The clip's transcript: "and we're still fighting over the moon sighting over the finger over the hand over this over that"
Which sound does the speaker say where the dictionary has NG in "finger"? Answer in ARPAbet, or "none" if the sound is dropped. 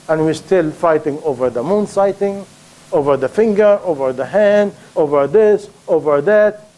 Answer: NG